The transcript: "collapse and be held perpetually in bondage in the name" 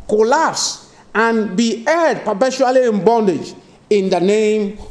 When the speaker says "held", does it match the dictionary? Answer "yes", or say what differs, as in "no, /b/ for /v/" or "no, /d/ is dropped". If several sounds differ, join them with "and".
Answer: no, /l/ is dropped